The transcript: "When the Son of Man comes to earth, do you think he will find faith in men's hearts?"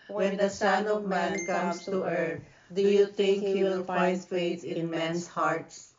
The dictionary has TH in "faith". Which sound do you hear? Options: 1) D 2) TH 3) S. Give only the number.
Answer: 3